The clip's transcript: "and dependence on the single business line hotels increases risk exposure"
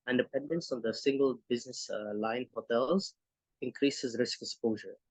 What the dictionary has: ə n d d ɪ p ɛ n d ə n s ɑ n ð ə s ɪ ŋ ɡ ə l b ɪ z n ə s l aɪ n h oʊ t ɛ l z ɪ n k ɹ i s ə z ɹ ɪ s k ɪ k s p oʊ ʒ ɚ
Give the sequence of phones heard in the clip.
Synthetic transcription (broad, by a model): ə n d d ɪ p ɛ n d ə n s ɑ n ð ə s ɪ ŋ ɡ ə l b ɪ z n ə s l aɪ n h oʊ t ɛ l z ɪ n k ɹ i s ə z ɹ ɪ s k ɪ k s p oʊ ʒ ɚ